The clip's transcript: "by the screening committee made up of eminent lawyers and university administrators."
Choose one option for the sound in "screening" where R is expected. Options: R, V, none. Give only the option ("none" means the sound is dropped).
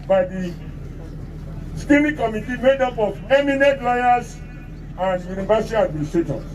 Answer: none